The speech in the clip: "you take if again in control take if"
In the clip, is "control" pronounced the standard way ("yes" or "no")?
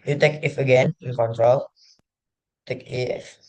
yes